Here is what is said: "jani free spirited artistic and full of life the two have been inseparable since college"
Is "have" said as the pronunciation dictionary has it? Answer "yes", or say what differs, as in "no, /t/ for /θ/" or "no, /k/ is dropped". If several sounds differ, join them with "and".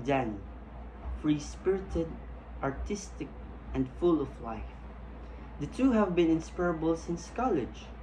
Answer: yes